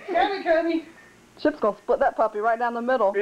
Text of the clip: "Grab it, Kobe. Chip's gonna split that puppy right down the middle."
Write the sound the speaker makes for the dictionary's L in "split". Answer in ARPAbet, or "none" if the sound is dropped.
none